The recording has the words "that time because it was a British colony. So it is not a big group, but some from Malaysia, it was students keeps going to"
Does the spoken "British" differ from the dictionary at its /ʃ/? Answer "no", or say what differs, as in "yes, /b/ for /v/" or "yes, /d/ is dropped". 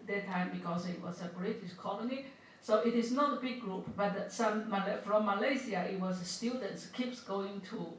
yes, /s/ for /ʃ/